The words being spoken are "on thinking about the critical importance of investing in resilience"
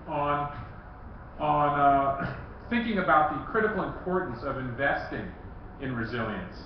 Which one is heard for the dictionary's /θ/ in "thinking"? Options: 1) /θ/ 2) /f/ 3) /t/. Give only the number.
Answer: 1